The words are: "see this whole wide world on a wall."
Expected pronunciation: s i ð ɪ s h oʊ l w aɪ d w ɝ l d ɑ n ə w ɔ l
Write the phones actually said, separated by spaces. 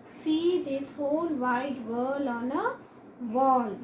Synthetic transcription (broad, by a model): s i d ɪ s h oʊ l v aɪ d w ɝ l ɑ n ə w ɔ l